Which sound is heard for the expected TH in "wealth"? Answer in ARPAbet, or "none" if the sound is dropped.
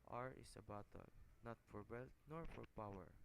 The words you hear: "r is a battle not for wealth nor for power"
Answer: T